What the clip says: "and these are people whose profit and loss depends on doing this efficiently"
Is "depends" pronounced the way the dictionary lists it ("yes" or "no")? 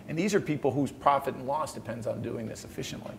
yes